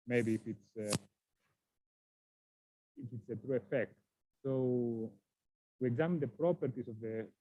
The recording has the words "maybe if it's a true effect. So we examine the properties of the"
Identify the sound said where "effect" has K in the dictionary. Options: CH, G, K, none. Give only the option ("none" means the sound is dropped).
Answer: K